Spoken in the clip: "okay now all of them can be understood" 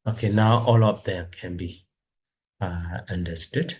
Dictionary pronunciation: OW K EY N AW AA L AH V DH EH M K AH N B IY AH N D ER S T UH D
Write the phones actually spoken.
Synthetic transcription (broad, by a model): OW K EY N AW AA L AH P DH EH K AH N B IY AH N D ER S T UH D